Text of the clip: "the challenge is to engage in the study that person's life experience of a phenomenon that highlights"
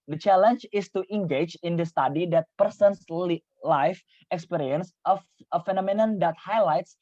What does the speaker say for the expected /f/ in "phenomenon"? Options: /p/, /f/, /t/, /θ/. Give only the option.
/f/